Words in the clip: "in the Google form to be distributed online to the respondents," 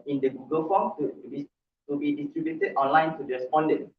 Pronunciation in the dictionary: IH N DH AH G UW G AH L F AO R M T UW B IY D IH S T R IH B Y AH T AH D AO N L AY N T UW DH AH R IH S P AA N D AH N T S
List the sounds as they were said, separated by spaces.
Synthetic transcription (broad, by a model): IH N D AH G UW G AH L F AO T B T UW B IY D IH S T R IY B Y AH T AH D AO N L AY N T UW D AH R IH S P AA N D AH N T